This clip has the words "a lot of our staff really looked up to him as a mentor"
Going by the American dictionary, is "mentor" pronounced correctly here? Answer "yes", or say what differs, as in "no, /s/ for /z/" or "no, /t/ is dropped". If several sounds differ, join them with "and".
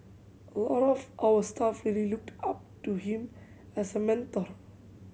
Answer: yes